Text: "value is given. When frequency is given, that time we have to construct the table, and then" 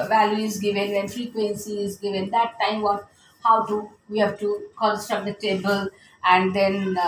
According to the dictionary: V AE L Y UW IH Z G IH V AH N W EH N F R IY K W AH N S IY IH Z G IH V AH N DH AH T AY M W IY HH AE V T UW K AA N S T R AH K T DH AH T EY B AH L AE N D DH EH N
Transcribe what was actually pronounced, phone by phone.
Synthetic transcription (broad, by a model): V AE L Y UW IH Z G IH V AH N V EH N F R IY K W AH N S IY IH Z G IH V AH N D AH T AY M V IY HH AE V T UW K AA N S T AH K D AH T EY B AH L AE N D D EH N